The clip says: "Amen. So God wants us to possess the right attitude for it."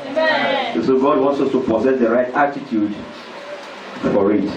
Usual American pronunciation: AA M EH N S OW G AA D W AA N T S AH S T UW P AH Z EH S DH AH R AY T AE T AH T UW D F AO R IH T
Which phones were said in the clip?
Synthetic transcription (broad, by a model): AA S OW G AA D W AA N T S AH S T UW P AH Z EH S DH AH R AY T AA T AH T UW D F AO R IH T